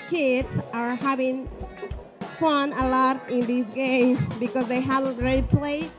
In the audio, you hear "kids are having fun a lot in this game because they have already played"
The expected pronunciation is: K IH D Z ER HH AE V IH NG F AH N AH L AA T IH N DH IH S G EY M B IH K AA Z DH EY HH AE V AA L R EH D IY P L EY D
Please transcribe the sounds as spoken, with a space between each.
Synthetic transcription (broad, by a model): K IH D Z ER HH AE V IH NG F AH N AH L AA T IH N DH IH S G EY M B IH K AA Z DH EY HH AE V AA N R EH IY P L EY